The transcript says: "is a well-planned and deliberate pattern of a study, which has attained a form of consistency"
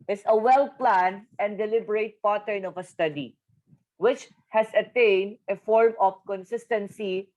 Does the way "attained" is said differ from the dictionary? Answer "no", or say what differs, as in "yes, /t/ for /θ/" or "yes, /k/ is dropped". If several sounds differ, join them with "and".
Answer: no